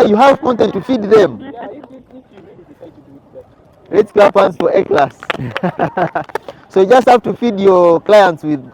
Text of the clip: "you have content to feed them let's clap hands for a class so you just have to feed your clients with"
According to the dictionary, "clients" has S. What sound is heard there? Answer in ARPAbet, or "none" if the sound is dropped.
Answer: S